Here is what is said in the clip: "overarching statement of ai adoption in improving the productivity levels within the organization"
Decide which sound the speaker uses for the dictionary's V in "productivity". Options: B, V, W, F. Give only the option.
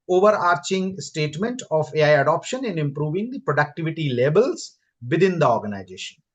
V